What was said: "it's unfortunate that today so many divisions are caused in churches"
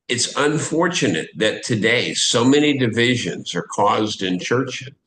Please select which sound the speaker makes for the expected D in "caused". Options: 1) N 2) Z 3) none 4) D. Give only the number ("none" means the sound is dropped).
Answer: 4